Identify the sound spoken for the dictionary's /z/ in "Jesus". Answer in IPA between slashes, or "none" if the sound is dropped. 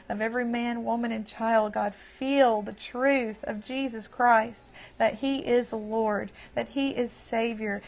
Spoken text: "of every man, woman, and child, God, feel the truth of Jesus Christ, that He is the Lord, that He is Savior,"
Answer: /z/